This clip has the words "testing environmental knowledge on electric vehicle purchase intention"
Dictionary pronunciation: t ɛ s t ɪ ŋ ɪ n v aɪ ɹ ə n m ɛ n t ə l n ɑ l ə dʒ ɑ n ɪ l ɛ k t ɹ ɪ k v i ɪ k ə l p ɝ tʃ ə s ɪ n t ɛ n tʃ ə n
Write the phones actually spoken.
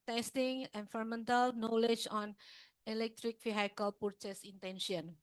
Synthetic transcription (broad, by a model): t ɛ s t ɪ ŋ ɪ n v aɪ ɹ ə m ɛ n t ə l n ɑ l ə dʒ ɑ n ɪ l ɛ k t ɹ ɪ k f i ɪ k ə l p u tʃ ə s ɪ n t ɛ n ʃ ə n